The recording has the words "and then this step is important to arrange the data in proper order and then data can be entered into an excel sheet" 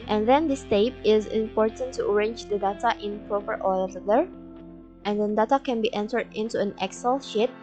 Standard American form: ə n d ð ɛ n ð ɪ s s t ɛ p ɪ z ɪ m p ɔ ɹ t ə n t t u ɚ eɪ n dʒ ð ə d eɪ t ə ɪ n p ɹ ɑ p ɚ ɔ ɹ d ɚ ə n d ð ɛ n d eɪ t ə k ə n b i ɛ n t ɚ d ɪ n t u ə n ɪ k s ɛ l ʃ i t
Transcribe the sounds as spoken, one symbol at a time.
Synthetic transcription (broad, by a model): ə n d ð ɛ n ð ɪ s s t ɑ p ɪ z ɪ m p ɔ ɹ t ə n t t u ɚ eɪ n dʒ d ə d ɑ t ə ɪ n p ɹ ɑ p ɚ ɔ l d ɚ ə n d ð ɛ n d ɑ t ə k ə n b i ɛ n t ɚ d ɪ n t u ə n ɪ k s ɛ l ʃ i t